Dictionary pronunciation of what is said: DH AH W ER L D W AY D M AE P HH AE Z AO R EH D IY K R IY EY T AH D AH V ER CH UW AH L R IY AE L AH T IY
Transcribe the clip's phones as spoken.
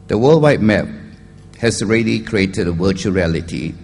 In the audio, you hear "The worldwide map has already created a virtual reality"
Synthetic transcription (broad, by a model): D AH W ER L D W AY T M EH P HH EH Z AO R EH D IY K R IY EY T AH D AH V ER CH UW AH R IY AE L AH T IY